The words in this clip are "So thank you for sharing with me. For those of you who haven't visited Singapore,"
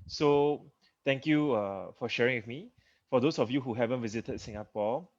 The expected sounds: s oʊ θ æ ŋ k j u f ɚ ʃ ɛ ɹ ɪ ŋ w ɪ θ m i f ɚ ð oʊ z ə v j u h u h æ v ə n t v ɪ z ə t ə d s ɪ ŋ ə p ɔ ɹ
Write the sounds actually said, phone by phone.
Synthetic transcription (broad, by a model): s oʊ t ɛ ŋ k j u f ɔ ʃ ɛ ɹ ɪ ŋ w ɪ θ m i f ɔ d oʊ s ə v j u h u h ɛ v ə n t v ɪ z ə t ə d s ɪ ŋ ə p ɔ